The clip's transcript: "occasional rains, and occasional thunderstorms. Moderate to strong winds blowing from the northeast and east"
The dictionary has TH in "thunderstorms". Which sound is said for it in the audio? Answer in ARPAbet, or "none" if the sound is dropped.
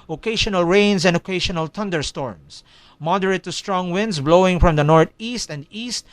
T